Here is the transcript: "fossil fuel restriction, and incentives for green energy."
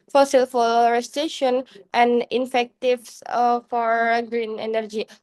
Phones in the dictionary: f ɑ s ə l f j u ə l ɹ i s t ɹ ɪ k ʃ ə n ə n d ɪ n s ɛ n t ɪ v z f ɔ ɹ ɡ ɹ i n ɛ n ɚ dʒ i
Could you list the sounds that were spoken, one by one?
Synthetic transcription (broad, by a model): f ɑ s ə l f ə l ɹ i s t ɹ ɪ ʃ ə n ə n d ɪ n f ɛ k t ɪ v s f ɔ ɹ ɡ ɹ i n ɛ n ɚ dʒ i